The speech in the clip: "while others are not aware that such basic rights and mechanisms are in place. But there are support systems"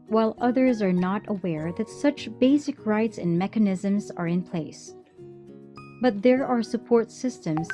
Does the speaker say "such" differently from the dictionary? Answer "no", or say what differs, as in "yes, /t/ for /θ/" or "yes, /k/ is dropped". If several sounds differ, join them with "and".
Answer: no